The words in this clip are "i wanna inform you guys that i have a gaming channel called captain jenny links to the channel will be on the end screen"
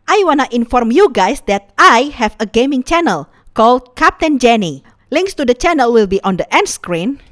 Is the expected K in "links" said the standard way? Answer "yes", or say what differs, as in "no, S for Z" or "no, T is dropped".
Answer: yes